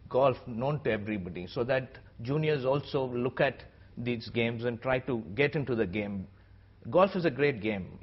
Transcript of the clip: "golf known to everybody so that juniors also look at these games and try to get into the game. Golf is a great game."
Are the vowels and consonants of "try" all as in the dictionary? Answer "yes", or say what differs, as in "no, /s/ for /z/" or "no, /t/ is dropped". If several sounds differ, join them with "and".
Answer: yes